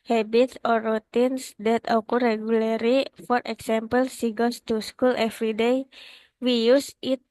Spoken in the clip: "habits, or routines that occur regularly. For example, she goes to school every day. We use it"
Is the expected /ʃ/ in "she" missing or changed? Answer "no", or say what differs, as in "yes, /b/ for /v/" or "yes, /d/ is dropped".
yes, /s/ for /ʃ/